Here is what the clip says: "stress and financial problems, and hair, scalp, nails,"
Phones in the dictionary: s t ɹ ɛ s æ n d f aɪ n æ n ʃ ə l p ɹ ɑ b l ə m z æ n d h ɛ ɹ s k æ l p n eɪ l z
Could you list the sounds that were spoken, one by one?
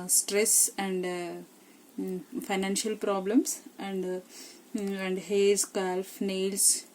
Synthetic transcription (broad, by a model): s t ɹ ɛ s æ n d f aɪ n æ n ʃ ə l p ɹ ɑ b l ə m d æ n d h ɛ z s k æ l f n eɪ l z